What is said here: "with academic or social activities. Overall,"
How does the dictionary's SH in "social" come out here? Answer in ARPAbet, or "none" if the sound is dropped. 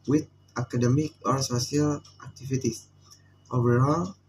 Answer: S